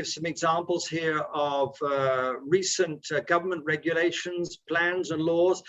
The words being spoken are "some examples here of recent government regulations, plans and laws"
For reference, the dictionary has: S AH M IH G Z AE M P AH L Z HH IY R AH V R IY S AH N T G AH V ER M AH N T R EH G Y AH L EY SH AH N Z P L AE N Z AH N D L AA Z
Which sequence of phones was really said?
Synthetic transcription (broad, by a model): S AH M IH G Z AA M P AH L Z HH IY R AH V R IY S AH N T G AH V ER M AH N T R EH G Y AH L EY SH AH N Z P L AE N Z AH N L AA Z